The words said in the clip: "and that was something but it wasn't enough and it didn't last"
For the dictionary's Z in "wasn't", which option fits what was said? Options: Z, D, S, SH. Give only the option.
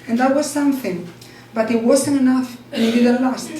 S